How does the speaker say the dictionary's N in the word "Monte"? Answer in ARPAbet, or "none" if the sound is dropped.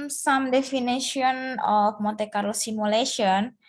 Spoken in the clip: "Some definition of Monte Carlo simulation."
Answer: none